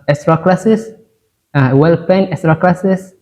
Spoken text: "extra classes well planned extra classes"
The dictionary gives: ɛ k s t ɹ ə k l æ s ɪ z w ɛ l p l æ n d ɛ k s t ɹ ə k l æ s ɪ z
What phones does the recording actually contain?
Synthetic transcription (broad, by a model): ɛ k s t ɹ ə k l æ s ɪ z w ɛ l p ɛ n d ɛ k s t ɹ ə k l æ s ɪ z